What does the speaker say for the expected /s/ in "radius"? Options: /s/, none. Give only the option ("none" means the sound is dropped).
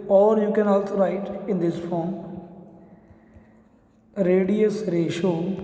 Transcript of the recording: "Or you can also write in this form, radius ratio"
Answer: /s/